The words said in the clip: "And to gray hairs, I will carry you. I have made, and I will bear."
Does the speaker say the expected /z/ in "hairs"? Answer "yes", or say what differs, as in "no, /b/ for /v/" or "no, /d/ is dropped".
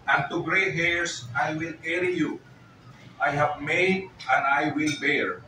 no, /s/ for /z/